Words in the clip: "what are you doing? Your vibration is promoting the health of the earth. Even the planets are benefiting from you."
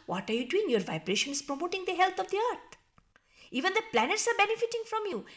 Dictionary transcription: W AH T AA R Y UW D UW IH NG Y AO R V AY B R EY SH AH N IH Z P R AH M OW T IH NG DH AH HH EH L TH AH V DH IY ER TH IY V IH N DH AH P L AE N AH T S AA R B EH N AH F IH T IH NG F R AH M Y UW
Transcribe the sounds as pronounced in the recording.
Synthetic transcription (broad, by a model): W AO T AA R Y UW D UW IH NG Y AO R V AY B R EY SH AH N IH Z P R AH M OW T IH NG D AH HH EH L T AH V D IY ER T IY V IH N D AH P L AE N AH T S AA R B EH N AH F IH T IH NG F R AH M Y UW